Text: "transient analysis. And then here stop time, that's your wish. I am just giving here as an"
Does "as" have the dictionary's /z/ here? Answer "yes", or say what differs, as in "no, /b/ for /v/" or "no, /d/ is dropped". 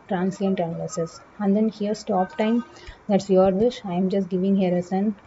no, /s/ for /z/